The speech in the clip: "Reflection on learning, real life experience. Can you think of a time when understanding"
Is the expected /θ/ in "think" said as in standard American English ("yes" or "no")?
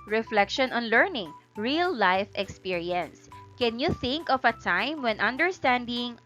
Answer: yes